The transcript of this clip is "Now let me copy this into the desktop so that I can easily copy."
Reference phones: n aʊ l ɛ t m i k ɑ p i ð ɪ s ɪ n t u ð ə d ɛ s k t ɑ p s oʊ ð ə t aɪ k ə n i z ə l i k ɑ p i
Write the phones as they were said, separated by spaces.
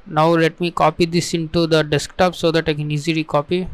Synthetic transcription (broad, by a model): n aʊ l ɛ t m i k ɑ p i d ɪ s ɪ n t u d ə d ɛ s k t ɑ p s oʊ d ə t aɪ k ə n i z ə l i k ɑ p i